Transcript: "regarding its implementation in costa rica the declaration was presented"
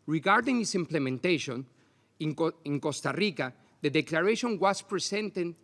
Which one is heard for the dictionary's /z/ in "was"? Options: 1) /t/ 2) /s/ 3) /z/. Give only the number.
2